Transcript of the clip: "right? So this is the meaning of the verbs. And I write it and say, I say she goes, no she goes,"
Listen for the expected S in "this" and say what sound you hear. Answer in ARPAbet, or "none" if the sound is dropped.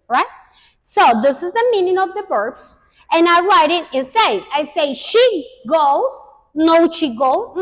S